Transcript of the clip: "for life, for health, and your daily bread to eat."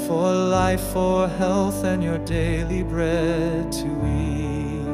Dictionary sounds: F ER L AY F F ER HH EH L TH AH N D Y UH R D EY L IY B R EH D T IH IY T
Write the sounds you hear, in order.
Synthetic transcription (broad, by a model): F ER L AY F F ER HH EH L TH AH N Y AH R D EY L IY B R EH D T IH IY